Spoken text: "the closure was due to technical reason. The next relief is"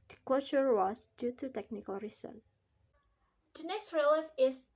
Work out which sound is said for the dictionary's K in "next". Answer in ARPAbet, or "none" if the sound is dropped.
none